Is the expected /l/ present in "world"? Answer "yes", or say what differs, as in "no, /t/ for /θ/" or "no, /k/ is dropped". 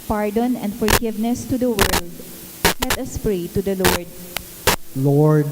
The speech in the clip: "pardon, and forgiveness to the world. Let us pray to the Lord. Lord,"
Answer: yes